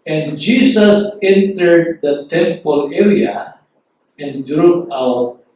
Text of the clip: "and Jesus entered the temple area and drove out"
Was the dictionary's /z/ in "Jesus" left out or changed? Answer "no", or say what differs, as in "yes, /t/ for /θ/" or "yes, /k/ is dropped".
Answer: yes, /s/ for /z/